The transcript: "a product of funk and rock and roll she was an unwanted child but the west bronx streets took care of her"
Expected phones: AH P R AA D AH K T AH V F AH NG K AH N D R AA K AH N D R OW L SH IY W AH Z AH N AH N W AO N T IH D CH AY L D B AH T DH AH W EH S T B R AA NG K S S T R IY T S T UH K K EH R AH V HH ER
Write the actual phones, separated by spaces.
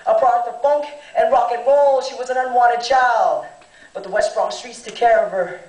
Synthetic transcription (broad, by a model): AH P R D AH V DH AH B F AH NG K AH N R AA K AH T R OW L SH IY W AH Z AH N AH N W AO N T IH D CH AY L D B AH T DH AH W EH S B R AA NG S S T R IY T S T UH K K EH R AH V ER